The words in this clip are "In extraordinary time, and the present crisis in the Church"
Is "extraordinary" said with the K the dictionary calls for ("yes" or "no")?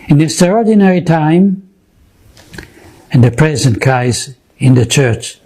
no